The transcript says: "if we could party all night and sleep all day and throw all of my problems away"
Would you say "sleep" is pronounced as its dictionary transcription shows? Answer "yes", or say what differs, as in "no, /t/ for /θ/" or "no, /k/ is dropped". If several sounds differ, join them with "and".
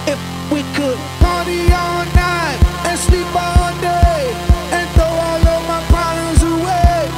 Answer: yes